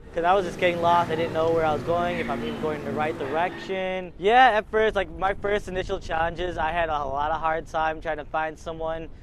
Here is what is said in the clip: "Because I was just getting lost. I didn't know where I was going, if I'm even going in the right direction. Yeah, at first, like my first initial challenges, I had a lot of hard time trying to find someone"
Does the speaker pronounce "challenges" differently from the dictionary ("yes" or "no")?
no